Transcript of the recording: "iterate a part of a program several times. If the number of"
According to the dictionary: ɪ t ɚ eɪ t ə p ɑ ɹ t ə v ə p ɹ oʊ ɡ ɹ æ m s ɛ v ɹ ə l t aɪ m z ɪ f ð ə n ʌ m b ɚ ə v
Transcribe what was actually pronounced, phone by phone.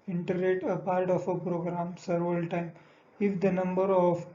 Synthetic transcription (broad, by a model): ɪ t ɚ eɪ t ə p ɑ ɹ t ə f ə p ɹ oʊ ɡ ɹ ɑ m s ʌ ɹ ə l t aɪ m ɪ f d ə n ʌ m b ɚ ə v